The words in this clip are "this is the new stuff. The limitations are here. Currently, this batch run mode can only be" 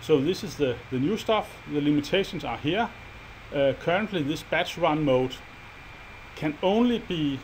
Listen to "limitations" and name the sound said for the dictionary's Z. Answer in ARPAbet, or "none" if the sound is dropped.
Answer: S